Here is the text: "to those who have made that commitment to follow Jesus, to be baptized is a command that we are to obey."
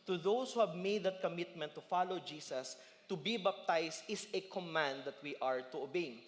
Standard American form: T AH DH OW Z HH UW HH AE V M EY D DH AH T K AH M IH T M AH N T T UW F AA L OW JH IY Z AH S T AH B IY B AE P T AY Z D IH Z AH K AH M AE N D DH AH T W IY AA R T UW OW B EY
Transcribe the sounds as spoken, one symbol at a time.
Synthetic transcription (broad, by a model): T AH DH OW S HH UW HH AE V M EY D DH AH T K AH M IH T M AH N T T UW F AA L OW JH IY S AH S T AH B IY B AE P T AY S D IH S AH K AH M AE N D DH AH T W IY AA R T UW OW B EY